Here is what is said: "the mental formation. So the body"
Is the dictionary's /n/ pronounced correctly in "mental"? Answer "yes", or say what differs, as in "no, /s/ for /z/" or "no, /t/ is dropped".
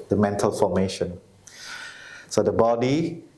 yes